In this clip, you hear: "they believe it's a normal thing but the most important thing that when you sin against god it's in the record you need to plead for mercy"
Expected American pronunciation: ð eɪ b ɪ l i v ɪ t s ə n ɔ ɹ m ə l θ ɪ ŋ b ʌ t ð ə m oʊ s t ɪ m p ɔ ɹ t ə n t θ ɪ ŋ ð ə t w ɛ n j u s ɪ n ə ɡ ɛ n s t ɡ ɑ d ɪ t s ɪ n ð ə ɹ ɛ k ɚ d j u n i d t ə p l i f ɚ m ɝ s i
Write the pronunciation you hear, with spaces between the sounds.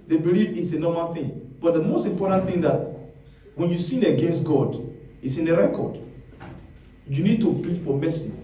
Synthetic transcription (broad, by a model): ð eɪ b ɪ l i v ɪ t s ə n ɔ m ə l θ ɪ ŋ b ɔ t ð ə m oʊ s t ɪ m p ɔ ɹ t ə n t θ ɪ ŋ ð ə t w ɛ n j u s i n ə ɡ ɛ n s t ɡ ɑ d ɪ t s ɪ n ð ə ɹ ɛ k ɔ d j u n i d t ə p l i f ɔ m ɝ s i